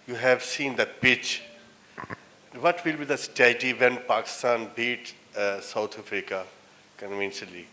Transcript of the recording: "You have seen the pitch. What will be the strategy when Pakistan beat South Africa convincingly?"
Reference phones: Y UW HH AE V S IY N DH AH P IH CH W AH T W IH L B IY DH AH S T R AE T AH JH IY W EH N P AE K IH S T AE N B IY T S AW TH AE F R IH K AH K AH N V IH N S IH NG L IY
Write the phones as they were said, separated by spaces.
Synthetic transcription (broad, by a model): Y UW HH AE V S IY N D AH P IH CH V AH T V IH L B IY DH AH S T EH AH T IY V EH N P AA K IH S T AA N B IY T S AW T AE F R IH K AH K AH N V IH N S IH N L IY